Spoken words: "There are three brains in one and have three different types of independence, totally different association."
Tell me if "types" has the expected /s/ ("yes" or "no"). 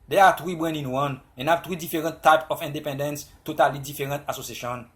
no